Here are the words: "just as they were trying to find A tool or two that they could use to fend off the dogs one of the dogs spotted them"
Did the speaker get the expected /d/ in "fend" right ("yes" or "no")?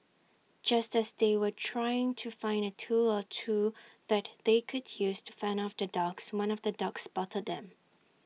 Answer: no